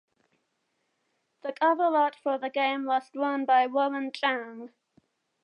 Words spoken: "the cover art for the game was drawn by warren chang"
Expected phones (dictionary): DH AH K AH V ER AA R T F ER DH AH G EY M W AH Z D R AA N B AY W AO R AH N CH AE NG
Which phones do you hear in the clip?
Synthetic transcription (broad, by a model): DH AH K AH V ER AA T F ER DH AH G EY M W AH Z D W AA N B AY W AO L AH N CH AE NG